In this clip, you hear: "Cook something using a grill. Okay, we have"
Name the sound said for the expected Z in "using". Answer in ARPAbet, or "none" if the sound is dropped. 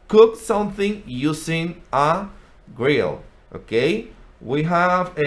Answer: S